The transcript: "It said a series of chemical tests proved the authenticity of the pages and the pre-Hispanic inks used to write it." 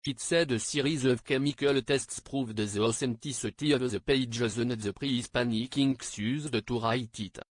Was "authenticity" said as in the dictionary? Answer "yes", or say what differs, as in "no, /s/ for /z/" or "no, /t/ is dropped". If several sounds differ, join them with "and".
no, /s/ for /θ/